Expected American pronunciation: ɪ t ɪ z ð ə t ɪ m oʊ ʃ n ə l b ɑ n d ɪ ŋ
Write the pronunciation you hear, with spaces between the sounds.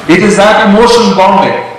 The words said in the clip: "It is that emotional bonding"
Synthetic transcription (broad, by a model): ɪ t ɪ z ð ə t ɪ m oʊ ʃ ə n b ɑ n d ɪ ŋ